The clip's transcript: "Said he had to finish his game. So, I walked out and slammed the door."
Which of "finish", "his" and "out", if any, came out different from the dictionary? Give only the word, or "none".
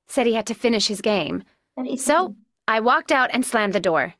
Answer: none